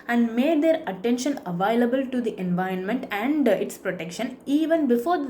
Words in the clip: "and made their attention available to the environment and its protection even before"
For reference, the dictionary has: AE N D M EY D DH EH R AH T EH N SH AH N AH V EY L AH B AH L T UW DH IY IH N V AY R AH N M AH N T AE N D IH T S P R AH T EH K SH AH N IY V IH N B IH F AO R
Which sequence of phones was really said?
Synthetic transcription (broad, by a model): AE N D M EY D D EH R AH T EH N SH AH N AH V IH L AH B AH L T UW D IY IH N V AY R AH N M AH N T AE N D IH T S P R AH T EH K SH AH N IY V IH N B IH F AO R